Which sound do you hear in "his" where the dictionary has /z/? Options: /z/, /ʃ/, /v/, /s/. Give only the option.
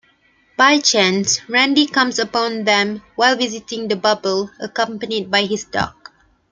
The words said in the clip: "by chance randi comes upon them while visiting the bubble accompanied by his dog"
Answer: /s/